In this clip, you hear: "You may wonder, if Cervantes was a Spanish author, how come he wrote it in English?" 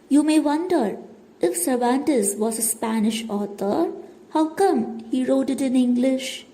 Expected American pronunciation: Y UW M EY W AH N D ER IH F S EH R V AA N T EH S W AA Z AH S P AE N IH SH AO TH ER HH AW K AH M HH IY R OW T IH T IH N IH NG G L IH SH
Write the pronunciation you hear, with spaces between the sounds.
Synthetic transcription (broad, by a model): Y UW M EY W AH N D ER IH F S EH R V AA N T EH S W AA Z AH S P AE N IH SH AO T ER HH AW K AH M HH IY R OW T IH T IH N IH NG G L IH SH